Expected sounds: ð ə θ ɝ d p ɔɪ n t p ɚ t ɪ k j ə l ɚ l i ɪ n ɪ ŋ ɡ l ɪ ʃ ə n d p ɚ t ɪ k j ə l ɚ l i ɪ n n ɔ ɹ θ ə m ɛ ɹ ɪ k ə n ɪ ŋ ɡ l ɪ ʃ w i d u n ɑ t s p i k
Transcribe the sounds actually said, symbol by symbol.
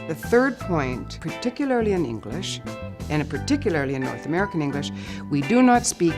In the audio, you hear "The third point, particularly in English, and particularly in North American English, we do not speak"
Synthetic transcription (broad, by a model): ð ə θ ɝ d p ɔɪ n t p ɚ t ɪ k j l ɚ l i ɪ n ɪ ŋ ɡ l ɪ ʃ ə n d p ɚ t ɪ k j l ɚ l i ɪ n n ɔ ɹ θ ə m ɛ ɹ ɪ k ə n ɪ ŋ ɡ l ɪ ʃ w i d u n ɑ t s p i k